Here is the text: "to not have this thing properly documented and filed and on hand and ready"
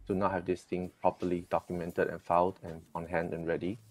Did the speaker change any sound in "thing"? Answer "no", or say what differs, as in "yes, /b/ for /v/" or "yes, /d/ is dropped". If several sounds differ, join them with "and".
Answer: yes, /t/ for /θ/